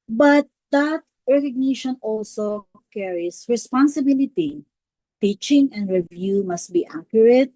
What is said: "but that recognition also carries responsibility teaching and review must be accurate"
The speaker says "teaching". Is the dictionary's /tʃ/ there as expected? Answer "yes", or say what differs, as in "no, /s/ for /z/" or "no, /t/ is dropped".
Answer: yes